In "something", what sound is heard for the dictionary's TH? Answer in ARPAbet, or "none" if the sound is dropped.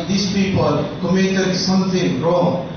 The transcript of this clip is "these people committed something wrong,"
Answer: T